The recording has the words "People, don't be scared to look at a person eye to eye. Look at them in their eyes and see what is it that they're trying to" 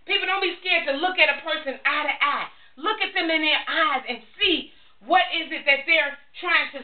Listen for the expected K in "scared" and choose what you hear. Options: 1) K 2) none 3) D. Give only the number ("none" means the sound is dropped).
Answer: 1